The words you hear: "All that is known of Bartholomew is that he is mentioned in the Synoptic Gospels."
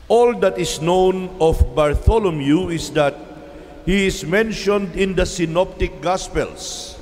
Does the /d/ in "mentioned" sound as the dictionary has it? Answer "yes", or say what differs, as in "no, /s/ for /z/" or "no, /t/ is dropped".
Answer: yes